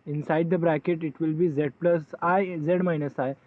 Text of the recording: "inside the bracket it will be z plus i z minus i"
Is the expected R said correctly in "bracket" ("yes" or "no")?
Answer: yes